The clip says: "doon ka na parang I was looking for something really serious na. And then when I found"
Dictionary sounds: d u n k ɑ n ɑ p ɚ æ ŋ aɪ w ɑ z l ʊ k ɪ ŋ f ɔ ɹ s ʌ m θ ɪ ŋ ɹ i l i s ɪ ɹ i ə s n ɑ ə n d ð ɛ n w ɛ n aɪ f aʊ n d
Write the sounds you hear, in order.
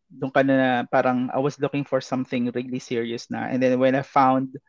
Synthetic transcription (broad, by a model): d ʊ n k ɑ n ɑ p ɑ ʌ ŋ aɪ w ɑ s l ʊ k ɪ ŋ f ɔ ɹ s ʌ m θ ɪ ŋ ɹ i l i s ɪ ɹ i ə s n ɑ ə n d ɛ n w ɛ n aɪ f aʊ n d